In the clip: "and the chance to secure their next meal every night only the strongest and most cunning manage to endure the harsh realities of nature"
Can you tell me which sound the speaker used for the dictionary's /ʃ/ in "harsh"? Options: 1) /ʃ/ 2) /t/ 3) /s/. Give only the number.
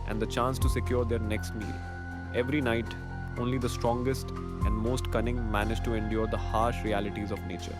1